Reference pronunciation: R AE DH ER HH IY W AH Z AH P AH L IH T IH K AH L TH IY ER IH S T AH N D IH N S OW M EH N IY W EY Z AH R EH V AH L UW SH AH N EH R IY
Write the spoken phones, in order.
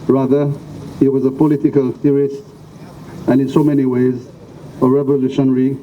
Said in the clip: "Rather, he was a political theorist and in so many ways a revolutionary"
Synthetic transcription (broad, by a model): R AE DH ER HH IY W AH Z AH P AH L IH T IH K AH L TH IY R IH S T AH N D IH N S OW M EH N IY W EY Z AH R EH V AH L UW SH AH N R IY